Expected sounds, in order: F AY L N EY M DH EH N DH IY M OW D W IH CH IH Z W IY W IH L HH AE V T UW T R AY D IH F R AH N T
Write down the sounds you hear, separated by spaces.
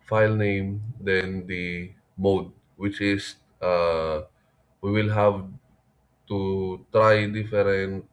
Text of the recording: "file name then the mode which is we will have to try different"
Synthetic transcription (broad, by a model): F AY L N EY M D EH N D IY M OW D W IH CH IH S W IY W IH L HH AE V T UW T R AY D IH F R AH N T